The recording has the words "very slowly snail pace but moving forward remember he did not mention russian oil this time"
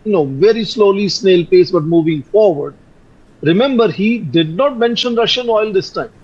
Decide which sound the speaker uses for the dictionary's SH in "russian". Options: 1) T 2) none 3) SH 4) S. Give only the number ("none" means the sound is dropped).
3